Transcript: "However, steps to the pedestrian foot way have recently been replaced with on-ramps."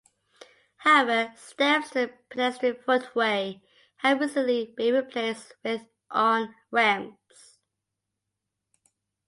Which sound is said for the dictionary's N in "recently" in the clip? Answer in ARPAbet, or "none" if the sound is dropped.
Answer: none